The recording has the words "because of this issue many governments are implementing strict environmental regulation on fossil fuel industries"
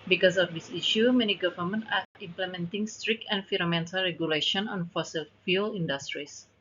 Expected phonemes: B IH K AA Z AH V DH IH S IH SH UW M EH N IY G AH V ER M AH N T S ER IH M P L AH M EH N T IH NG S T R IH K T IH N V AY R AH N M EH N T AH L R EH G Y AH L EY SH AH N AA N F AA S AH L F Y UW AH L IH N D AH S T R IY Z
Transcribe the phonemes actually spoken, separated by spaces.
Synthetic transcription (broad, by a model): B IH K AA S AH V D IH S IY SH UW M EH N IY G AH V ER M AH N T AA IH M P L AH M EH N T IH NG S T R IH K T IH N F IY R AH M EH N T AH L R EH G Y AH L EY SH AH N AA N F AA S AH L F Y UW L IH N D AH S T R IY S